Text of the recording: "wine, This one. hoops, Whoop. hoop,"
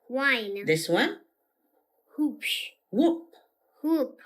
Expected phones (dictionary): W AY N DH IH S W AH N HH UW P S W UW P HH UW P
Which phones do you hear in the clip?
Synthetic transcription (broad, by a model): W AY N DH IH S W AH N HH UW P SH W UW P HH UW P